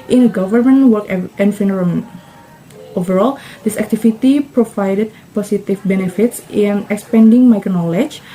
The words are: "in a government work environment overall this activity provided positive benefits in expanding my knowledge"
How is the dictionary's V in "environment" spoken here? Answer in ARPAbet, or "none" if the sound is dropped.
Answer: F